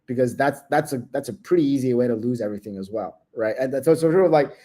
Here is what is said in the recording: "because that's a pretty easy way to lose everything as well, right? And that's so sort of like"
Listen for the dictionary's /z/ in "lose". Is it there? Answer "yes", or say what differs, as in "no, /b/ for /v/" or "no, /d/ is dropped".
yes